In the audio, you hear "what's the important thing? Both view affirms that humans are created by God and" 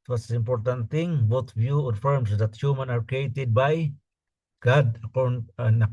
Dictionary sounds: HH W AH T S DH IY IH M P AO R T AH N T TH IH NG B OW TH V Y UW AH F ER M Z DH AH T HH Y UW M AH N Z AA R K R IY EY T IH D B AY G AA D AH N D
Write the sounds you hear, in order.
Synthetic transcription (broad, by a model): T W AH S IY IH M P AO R T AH N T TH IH NG B OW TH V Y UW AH F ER M S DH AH T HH Y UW M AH N AA R K R IY EY T IH D B AY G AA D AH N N